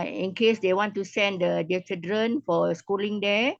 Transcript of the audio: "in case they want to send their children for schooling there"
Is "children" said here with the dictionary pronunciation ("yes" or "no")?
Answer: no